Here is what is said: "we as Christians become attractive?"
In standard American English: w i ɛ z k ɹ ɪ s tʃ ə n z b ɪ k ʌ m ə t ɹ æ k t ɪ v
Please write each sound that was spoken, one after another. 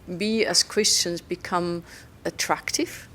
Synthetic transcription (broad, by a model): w i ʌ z k ɹ ɪ s tʃ ə n z b ɪ k ʌ m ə t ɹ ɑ k t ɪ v